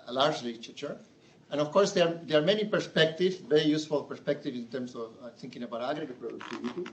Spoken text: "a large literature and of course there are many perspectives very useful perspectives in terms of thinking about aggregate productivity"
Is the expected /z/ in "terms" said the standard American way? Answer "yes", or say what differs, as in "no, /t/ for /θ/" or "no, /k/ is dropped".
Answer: no, /s/ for /z/